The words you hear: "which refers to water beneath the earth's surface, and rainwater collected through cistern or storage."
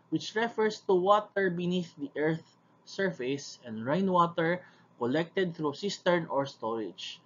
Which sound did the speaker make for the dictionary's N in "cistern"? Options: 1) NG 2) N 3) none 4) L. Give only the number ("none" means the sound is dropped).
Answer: 2